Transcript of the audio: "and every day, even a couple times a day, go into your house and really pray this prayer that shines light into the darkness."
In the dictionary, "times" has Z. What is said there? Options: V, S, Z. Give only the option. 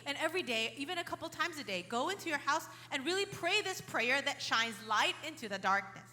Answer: Z